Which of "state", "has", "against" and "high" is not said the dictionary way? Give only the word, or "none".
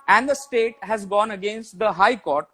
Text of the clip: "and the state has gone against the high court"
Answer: none